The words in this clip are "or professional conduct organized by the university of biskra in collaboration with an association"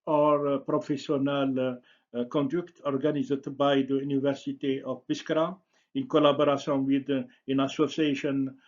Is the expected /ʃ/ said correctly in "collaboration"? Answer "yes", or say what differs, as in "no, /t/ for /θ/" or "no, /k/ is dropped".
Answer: no, /s/ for /ʃ/